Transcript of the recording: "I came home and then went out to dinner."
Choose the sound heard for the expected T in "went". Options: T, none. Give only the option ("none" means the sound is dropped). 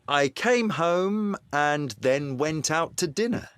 T